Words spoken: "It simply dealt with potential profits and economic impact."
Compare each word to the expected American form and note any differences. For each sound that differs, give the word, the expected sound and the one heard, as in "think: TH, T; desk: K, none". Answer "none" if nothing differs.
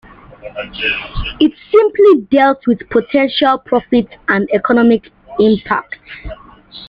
profits: S, none